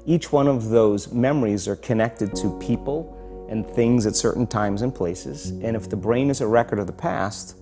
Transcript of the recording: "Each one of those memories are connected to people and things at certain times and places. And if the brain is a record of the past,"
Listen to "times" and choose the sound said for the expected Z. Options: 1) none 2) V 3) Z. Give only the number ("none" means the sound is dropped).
3